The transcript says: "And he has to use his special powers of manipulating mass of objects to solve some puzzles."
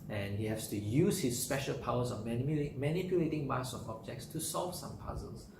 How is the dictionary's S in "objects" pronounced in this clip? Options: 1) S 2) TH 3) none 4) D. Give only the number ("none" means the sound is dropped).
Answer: 1